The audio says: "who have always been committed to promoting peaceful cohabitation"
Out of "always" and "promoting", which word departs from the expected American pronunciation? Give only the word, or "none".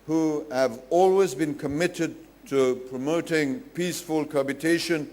none